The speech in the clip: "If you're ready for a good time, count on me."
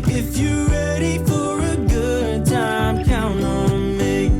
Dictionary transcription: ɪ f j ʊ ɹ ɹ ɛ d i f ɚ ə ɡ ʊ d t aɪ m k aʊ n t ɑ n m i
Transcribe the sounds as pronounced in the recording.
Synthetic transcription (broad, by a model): ɪ f j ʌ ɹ ɹ ɛ d i f ɚ ə ɡ ʊ d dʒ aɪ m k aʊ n ɑ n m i